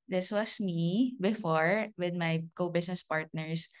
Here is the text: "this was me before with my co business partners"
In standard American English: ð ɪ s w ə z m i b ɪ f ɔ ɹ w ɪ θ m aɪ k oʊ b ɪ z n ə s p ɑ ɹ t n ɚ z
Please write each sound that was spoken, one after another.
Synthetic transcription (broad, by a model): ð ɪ s w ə s m i b ɪ f ɔ ɹ w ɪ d m aɪ k oʊ b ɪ s n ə s p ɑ ɹ t n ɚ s